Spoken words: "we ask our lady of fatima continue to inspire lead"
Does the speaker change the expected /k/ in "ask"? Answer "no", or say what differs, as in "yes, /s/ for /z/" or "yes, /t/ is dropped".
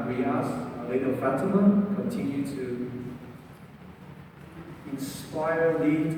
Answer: yes, /k/ is dropped